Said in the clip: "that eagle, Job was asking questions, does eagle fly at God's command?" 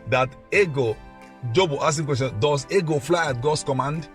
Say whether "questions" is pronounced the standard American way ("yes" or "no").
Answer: no